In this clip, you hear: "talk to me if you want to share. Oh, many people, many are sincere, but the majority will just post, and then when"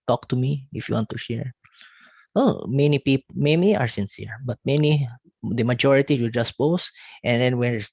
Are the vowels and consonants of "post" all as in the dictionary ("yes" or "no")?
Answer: yes